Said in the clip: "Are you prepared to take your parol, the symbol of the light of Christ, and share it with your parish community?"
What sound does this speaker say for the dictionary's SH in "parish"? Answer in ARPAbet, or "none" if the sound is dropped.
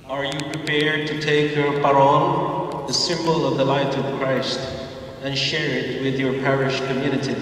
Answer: SH